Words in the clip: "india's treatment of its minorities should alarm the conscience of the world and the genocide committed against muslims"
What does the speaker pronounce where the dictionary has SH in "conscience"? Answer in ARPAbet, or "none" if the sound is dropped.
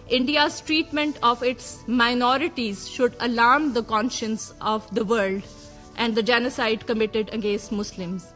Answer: SH